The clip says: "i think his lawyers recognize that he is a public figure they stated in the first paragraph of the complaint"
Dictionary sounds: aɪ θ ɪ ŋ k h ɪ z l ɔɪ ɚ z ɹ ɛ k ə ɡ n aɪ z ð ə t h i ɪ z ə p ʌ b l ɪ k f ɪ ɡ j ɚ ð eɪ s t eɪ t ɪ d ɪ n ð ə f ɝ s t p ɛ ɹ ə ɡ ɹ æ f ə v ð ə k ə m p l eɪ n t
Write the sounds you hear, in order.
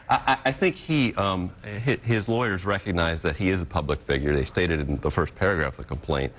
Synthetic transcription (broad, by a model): aɪ θ ɪ ŋ k h ɪ z l ɔɪ ɚ z ɹ ɛ k ə ɡ n aɪ z ð ə t h i ɪ z ə p ʌ b l ɪ k f ɪ ɡ j ɚ ð eɪ s t eɪ t ɪ d ɪ n ð ə f ɝ s p ɛ ɹ ə ɡ ɹ æ f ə ð ə k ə m p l eɪ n t